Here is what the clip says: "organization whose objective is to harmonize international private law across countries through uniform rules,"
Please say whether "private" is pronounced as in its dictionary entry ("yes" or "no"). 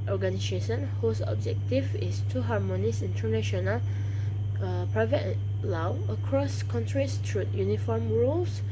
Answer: yes